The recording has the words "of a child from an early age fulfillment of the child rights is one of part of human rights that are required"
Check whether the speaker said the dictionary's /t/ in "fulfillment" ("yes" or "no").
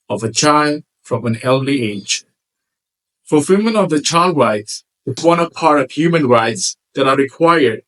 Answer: no